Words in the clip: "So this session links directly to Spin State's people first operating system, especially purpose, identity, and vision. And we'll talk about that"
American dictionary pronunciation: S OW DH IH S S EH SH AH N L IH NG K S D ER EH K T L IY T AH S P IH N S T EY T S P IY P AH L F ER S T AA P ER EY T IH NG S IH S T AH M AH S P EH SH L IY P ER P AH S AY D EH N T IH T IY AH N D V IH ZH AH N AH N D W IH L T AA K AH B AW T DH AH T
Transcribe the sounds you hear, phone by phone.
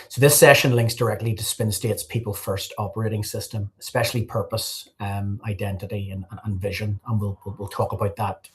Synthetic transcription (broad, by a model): S OW DH IH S S EH SH AH N L IH NG K S D ER EH K T L IY T AH S P IH N S T EY T S P IY P AH L F ER S T AA P ER EY T IH NG S IH S T AH M AH S P EH SH L IY P ER P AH S AY D EH N T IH T IY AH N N V IH ZH AH N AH N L W IH L T AA K AH B AW T DH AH T